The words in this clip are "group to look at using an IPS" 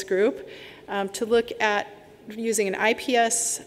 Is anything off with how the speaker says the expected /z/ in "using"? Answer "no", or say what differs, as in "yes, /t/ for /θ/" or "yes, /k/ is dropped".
no